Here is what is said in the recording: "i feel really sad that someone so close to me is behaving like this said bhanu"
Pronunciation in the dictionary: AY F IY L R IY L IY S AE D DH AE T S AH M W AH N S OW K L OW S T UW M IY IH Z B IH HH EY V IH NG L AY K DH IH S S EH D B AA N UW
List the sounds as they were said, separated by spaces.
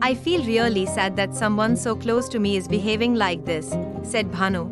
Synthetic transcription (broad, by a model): AY F IY L R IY L IY S AE D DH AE T S AH M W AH N S OW K L OW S T UW M IY IH Z B IH HH EY V IH NG L AY K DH IH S S EH D B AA N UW